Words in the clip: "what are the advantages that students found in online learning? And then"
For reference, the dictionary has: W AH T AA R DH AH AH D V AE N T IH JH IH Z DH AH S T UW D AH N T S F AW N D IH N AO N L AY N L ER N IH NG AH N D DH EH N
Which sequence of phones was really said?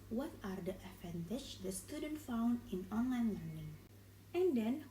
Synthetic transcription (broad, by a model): W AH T AA R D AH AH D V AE N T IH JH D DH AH S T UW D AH N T F AW N D IH N AO N L AY N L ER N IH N AH N D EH N